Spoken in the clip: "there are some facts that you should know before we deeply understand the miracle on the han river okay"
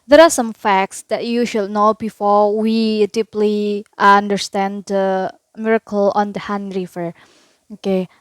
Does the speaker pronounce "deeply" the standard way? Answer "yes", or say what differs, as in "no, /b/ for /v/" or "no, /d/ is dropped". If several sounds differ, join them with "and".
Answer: yes